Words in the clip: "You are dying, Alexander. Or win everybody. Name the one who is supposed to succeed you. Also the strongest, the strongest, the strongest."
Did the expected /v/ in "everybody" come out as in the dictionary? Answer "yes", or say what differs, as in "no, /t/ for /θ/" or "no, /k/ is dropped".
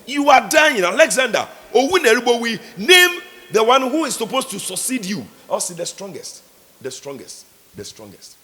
no, /v/ is dropped